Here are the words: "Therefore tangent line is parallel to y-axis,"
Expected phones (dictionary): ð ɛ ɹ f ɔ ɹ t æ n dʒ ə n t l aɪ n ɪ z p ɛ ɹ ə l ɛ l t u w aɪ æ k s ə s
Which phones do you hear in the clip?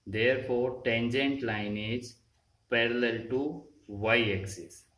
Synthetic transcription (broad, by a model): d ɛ ɹ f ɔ ɹ t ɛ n dʒ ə n t l aɪ n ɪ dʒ p ɛ ɹ ə l ɛ l t u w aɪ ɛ k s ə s